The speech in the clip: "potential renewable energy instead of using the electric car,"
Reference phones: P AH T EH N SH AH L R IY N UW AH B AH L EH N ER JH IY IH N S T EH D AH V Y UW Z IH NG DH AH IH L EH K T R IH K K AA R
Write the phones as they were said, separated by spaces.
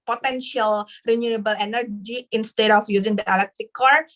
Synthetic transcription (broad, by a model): P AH T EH N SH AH L R IY N UW AH B AH L EH N ER JH IY IH N S T EH D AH F Y UW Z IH NG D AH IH L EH K T R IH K K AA R